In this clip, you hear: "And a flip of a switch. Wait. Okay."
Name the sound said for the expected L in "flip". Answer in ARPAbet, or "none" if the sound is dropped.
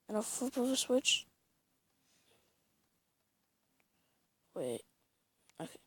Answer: none